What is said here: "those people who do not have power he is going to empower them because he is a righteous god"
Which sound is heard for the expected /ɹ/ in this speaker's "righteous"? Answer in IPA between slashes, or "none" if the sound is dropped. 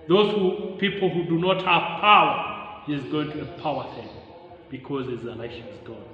/l/